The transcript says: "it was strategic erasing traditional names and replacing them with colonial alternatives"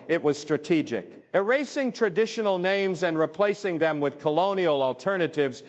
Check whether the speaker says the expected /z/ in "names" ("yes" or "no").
yes